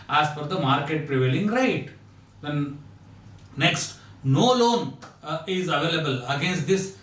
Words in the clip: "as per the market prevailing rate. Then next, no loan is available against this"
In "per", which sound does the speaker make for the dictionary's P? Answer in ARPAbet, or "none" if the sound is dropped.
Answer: F